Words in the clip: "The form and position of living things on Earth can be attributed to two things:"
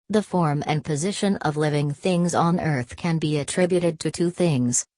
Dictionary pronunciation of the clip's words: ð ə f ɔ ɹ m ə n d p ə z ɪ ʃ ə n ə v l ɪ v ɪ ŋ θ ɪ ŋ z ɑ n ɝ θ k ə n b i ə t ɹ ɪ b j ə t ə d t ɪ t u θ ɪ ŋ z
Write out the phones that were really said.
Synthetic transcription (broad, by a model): ð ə f ɔ ɹ m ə n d p ə z ɪ ʃ ə n ə v l ɪ v ɪ ŋ θ ɪ ŋ z n ɝ θ k ə n b i ə t ɹ ɪ b j ə t ə d t ɪ t u θ ɪ ŋ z